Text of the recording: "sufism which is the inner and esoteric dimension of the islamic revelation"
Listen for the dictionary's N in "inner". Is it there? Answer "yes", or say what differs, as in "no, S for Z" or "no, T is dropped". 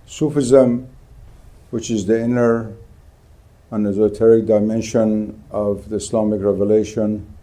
yes